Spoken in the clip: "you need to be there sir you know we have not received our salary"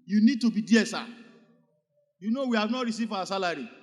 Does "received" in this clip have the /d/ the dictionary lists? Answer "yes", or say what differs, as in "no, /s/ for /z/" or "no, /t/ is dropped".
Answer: no, /d/ is dropped